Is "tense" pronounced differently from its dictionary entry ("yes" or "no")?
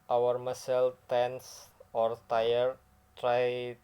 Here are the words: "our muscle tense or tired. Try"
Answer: no